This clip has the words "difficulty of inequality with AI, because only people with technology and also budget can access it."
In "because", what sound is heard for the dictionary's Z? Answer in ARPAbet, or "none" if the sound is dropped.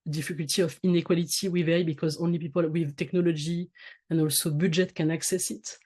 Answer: Z